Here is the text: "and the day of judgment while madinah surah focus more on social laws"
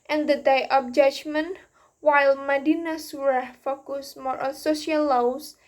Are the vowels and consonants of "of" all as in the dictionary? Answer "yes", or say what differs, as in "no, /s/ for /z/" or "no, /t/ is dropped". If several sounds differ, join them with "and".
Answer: no, /p/ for /v/